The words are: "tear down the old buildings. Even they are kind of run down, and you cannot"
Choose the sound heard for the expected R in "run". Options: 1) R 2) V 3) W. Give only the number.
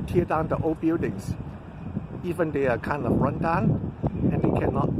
1